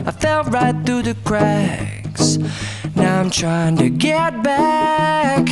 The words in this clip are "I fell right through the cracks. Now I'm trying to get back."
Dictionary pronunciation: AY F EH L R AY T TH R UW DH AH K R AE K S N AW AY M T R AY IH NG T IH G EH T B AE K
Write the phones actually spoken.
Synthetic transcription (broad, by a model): AY F EH L R AY T TH R UW DH AH K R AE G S N AW AY M T R AY IH NG T IH G EH T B AE K